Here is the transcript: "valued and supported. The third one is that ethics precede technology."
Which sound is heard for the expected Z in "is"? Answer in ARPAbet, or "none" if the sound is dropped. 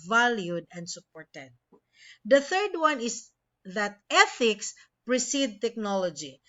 S